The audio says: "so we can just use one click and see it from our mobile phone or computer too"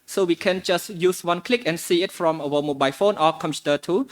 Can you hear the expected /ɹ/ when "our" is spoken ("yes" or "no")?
no